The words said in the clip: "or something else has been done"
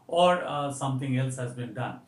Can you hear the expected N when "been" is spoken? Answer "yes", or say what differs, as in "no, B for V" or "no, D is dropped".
yes